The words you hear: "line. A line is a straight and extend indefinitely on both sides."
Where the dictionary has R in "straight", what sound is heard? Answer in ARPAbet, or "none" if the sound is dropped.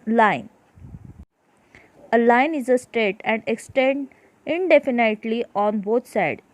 none